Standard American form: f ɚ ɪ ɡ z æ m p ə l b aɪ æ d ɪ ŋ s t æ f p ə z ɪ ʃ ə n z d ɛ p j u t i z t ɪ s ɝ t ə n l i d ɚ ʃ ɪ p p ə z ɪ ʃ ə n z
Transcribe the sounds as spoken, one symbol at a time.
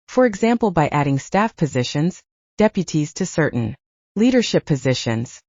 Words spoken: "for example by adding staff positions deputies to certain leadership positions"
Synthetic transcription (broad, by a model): f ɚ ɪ ɡ z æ m p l b aɪ æ d ɪ ŋ s t æ f p ə z ɪ ʃ ə n z d ɛ p j u t i z t ɪ s ɝ t n l i d ɚ ʃ ɪ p p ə z ɪ ʃ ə n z